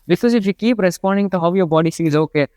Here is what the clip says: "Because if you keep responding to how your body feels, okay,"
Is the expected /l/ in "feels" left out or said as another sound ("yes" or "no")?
yes